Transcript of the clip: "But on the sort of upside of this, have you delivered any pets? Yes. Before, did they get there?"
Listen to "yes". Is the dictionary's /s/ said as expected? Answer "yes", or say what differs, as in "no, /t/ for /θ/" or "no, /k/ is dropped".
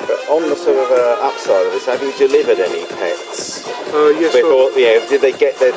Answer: no, /s/ is dropped